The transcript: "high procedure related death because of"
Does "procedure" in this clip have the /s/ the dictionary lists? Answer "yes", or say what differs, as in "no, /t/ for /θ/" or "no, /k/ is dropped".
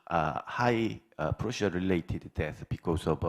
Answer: no, /ʃ/ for /s/